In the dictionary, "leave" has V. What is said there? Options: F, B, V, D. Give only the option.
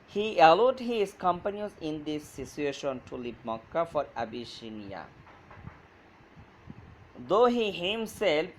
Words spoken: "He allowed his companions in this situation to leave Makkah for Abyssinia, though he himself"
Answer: B